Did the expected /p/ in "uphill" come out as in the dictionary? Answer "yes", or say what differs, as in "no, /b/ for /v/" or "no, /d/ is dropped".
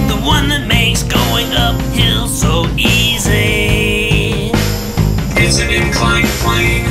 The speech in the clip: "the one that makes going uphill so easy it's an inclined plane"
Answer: yes